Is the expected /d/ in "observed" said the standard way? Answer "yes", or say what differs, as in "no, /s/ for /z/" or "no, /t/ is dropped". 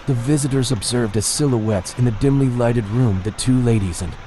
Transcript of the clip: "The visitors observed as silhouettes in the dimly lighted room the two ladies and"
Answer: yes